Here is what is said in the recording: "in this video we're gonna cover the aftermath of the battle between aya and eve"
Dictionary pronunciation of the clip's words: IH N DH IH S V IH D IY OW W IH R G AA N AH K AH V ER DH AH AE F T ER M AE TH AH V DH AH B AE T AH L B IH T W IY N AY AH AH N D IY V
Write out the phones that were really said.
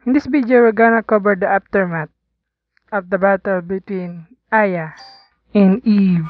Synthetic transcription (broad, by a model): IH N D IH S B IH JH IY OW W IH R G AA N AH K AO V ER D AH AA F T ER M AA T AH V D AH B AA T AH L B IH T W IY N AY AH AH N D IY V